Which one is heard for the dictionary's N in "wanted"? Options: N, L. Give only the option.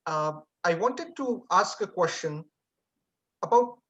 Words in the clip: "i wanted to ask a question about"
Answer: N